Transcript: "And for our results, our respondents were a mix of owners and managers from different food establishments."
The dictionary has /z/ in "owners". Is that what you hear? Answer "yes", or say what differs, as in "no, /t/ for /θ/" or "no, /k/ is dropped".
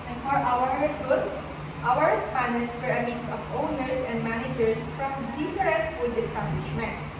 no, /s/ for /z/